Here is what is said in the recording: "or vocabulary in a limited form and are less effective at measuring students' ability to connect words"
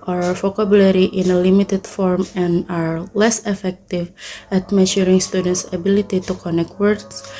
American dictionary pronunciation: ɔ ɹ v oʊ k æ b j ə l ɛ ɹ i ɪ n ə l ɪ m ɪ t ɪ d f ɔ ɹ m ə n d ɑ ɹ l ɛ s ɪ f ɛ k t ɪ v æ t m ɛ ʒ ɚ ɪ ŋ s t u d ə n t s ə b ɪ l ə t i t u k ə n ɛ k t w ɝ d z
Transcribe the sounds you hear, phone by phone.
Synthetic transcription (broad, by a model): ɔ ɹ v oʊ k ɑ b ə l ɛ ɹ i ɪ n ə l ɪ m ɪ t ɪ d f ɔ ɹ m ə n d ɑ ɹ l ɛ s ɪ f ɛ k t ɪ v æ t m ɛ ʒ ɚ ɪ ŋ s t u d ə n t s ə b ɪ l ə t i t u k ə n ɛ k t w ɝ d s